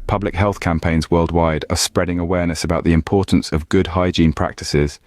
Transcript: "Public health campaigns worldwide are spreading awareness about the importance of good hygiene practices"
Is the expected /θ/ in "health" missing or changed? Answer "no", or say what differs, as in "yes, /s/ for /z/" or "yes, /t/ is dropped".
no